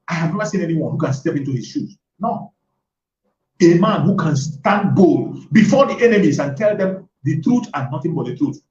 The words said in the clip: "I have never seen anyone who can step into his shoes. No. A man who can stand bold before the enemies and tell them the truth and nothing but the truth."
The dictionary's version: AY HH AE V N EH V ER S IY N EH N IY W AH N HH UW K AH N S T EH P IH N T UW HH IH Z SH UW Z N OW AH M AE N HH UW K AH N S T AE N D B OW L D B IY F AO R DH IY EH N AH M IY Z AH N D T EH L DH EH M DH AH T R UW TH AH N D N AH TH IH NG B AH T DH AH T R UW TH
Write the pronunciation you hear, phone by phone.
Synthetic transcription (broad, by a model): AY HH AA V N EH V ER S IY N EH N IY W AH N HH UW K AH N S T EH P IH N T UW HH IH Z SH UW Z N OW AH M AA N HH UW K AH N S T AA N D B OW L D B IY F AO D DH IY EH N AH M IY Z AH N T EH L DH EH M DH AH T R UW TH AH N N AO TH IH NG B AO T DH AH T R UW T